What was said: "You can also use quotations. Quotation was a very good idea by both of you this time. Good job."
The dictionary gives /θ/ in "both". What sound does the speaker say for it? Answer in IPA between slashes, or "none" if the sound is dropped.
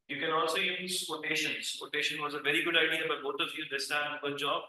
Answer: /t/